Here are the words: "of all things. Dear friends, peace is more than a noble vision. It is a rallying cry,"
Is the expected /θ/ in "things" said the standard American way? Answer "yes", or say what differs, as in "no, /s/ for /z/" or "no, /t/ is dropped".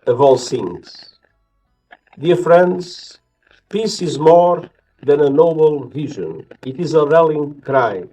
no, /s/ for /θ/